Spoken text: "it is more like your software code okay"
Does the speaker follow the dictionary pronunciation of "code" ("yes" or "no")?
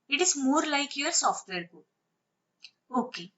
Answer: no